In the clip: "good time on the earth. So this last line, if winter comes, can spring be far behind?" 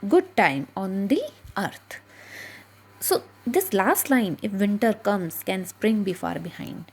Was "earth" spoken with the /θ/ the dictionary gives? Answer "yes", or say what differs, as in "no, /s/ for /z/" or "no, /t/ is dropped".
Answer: no, /t/ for /θ/